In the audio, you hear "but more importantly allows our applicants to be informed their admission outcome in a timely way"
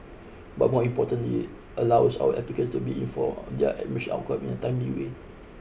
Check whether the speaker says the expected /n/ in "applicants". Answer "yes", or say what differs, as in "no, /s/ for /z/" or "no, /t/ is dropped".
no, /n/ is dropped